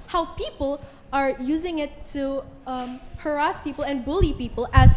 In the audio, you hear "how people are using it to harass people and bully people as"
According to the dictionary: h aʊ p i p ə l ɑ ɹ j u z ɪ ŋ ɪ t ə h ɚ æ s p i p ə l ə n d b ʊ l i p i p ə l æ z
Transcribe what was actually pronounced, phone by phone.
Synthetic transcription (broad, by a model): h aʊ p i p ə l ɑ ɹ j u z ɪ ŋ ɪ t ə h ɚ æ s p i p ə l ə n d b ʊ l i p i p ə l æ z